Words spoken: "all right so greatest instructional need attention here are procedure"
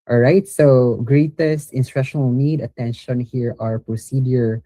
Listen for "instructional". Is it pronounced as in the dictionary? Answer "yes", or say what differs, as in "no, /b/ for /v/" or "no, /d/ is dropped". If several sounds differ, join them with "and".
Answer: no, /k/ is dropped